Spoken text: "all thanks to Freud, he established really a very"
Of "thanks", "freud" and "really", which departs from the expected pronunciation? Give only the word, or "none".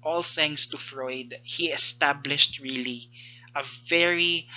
thanks